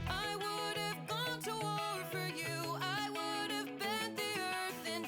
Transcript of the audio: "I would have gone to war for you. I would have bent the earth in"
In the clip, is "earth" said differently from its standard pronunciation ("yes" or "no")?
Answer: no